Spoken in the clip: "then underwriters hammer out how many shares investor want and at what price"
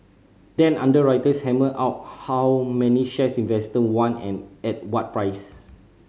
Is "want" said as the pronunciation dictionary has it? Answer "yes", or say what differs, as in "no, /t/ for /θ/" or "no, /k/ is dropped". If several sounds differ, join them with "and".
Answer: no, /t/ is dropped